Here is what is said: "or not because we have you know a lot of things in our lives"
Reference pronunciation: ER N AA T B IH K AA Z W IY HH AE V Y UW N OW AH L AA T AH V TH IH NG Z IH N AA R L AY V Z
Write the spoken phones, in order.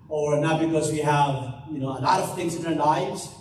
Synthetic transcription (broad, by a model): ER N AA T B IH K AA Z W IY HH AE V Y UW N OW AH L AA T AH V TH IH NG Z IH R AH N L AY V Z